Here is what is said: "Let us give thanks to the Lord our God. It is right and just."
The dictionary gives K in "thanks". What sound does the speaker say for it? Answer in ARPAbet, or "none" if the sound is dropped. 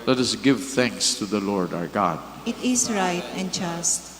K